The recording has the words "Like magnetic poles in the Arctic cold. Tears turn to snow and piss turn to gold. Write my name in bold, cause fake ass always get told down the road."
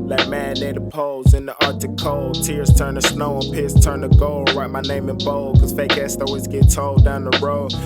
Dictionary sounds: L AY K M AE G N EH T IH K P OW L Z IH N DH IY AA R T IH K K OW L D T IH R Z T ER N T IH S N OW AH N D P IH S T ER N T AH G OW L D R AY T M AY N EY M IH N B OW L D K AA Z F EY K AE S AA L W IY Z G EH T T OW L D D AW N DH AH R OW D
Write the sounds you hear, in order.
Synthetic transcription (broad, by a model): L AY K M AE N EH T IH P OW L Z IH N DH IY AA R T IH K K OW L T IH R Z T ER N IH S N OW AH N P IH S T ER N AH G OW L R AY T M AY N EY M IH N B OW L K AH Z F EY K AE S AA W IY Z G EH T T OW L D D AW N DH AH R OW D